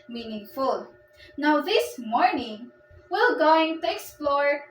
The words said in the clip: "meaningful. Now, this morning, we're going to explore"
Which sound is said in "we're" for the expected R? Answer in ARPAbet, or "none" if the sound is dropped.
L